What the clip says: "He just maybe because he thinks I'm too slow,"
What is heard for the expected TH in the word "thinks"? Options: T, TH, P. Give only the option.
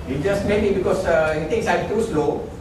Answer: T